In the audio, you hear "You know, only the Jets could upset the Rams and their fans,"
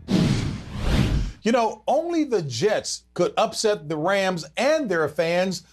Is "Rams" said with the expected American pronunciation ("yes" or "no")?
yes